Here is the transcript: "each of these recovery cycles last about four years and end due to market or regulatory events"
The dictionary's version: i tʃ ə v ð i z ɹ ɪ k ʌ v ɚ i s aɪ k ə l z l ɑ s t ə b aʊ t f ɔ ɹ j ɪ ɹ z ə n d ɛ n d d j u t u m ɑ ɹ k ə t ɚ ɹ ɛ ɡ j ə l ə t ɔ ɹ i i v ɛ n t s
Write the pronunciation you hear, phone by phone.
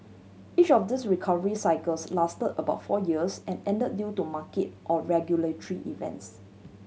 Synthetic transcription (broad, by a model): i tʃ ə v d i s ɹ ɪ k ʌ v ɚ i s aɪ k ə l s l ɑ s t ə b aʊ t f ɔ j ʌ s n ə n d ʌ d d j u t u m ɑ k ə t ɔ ɹ ɛ ɡ j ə l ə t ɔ ɹ i i v ɛ n t s